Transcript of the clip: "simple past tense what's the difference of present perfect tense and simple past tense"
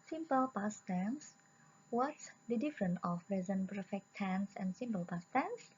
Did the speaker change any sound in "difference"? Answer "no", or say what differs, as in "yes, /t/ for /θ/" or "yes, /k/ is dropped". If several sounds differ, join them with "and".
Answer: yes, /s/ is dropped